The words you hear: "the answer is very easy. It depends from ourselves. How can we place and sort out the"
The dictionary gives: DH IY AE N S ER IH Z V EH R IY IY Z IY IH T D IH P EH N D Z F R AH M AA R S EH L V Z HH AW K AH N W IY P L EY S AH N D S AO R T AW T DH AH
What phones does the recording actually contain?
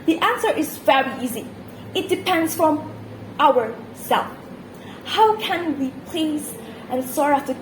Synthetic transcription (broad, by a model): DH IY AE N S ER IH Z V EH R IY IY Z IY IH T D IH P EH N D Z F R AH M AA R S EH L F HH AW K AH N W IY P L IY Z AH N S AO R AW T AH